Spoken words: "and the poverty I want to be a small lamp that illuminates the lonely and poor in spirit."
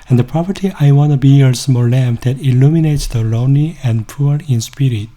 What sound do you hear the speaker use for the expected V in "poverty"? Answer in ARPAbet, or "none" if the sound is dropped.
P